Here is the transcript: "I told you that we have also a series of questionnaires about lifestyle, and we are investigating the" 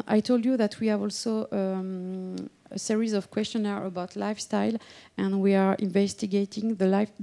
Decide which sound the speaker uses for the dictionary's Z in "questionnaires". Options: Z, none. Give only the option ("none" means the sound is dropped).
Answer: none